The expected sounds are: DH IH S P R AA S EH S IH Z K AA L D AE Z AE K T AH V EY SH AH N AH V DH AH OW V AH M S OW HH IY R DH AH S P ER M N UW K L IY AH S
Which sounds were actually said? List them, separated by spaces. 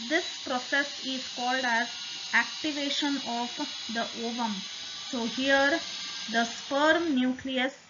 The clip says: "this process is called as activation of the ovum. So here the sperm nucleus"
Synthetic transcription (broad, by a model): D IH S P R AA S EH S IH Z K AA L D AE Z AE K T AH V EY SH AH N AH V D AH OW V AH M S OW HH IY R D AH S P ER M N UW K L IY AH S